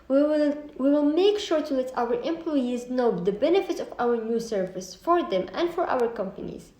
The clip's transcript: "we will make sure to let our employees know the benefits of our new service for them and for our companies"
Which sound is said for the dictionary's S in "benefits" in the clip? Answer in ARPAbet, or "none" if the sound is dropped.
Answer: none